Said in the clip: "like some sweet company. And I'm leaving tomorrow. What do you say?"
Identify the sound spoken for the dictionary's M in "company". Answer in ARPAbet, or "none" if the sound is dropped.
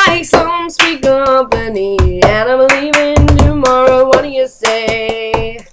none